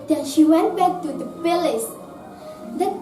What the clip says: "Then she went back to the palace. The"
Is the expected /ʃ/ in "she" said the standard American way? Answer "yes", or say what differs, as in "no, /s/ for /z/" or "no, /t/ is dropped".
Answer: yes